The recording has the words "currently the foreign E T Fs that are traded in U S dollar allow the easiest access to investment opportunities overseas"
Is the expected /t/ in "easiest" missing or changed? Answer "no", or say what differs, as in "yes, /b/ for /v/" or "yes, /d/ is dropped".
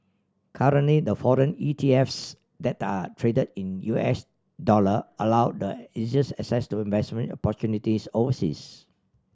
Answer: yes, /t/ is dropped